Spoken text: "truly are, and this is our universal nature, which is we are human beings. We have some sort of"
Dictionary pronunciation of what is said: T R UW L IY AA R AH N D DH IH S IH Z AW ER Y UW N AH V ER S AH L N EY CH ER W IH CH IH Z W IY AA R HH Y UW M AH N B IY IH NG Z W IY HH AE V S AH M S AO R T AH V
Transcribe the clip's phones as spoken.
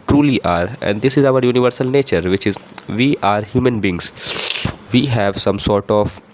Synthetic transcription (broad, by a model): T R UW L IY AA R AH N D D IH S IH Z AW ER Y UW N AH V ER S AH L N EY CH ER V IH CH IH Z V IY AA R HH Y UW M AH N B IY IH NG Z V IY HH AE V S AH M S AO R T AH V